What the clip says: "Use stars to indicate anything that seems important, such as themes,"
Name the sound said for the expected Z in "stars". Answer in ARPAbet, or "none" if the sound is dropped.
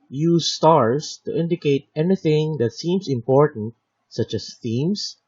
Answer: S